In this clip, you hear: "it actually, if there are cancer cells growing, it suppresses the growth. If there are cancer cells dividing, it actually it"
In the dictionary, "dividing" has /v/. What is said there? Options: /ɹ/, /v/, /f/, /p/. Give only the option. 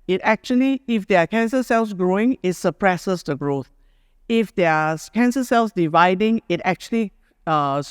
/v/